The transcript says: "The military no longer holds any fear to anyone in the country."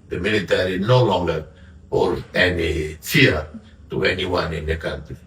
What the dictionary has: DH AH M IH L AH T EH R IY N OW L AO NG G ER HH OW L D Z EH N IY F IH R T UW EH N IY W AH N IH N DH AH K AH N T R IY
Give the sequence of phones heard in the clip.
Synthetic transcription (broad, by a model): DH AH M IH L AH T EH R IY N OW L AO NG G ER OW D EH N IY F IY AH T UW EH N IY W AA N IH N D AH K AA N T R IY